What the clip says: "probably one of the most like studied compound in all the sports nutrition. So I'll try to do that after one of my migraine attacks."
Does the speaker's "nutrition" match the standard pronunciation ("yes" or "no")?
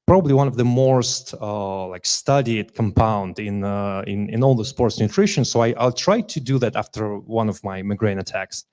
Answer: yes